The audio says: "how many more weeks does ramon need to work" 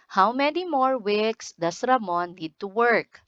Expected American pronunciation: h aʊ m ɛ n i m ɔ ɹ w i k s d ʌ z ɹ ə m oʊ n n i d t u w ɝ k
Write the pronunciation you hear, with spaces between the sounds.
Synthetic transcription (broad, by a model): h aʊ m ɛ n i m ɔ ɹ w i k s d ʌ s ɹ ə m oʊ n n i d t u w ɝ k